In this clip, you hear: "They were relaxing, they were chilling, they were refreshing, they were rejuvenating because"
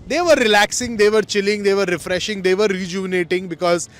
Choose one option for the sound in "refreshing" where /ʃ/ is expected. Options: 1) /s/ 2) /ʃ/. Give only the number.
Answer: 2